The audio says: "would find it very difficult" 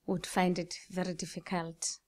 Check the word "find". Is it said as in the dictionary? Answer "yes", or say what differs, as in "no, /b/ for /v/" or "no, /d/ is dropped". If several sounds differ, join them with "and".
yes